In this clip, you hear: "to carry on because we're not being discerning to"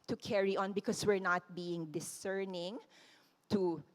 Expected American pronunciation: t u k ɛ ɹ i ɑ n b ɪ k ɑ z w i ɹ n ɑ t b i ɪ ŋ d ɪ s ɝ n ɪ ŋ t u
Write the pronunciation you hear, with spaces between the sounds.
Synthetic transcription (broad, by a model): t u k ɛ ɹ i ɑ n b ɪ k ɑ s w i ɹ n ɑ t b i ɪ ŋ d ɪ s ɝ n ɪ ŋ t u